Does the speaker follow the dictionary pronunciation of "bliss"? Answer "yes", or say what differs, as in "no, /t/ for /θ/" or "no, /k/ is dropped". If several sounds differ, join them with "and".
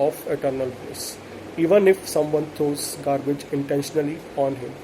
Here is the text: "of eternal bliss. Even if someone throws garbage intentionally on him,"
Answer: no, /l/ is dropped